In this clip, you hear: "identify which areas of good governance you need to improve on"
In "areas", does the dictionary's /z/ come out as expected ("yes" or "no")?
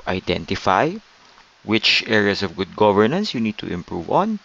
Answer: no